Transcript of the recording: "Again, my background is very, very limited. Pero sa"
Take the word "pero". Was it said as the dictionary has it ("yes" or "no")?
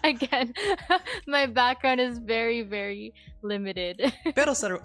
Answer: no